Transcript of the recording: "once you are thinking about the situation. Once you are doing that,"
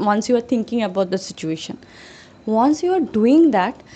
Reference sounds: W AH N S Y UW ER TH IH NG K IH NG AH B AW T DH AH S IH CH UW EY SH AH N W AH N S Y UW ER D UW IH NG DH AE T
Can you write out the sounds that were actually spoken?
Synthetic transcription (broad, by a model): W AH N S Y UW ER T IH NG K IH NG AH B AW T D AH S IH CH UW EY SH AH N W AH N S Y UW ER D UW IH NG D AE T